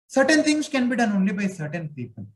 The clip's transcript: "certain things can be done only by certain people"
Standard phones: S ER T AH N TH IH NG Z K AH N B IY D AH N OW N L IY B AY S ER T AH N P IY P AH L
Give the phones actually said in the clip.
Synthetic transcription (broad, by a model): S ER T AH N T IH NG S K AH N B IY D AH N OW N L IY B AY S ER T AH N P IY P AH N